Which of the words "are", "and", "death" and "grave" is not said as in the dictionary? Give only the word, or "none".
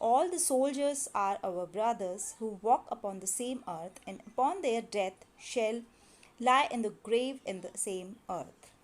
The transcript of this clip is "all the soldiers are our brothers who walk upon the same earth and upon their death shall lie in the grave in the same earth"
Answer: death